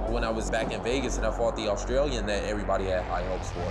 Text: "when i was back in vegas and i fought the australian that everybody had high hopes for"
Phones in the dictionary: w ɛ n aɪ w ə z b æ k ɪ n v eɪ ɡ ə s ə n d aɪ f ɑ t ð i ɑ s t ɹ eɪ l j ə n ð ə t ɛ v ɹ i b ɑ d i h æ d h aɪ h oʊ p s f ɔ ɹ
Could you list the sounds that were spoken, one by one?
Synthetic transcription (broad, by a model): w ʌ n aɪ w ə z b æ k ɪ n v eɪ ɡ ə s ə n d aɪ f ɑ t ð i ɑ s t ɹ eɪ l j ə n ð ə t ɛ v ɹ i b ɑ d i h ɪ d h aɪ h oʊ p s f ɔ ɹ